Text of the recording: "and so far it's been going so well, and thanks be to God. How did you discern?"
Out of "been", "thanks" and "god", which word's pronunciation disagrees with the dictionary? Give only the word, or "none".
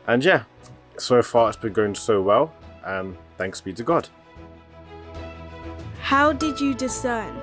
none